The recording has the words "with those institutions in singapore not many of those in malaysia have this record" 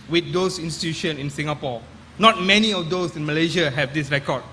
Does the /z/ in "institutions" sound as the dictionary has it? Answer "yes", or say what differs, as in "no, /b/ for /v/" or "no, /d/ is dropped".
no, /z/ is dropped